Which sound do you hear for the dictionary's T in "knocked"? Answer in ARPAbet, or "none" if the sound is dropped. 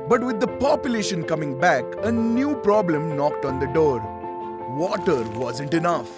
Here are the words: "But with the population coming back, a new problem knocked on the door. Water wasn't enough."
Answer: T